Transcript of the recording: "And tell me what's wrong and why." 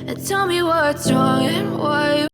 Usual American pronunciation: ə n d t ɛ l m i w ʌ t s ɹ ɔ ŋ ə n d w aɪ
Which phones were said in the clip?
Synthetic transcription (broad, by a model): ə n t ɛ l m i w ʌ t ɹ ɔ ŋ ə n w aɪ